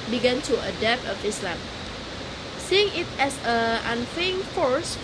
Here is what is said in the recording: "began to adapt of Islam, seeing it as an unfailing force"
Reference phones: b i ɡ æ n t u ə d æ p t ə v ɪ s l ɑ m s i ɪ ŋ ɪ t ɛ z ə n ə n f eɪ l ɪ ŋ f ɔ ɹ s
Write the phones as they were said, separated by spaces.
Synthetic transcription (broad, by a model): b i ɡ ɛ n t u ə d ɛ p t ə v ɪ s l ɑ m s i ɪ ŋ ɪ t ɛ s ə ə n f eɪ ɪ ŋ f ɔ ɹ s